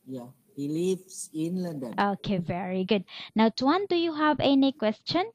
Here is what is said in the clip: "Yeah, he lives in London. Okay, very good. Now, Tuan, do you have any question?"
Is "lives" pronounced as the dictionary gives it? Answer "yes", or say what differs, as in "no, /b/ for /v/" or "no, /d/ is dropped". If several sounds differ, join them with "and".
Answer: no, /s/ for /z/